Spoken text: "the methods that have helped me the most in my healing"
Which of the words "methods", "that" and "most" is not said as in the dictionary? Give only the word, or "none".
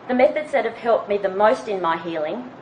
none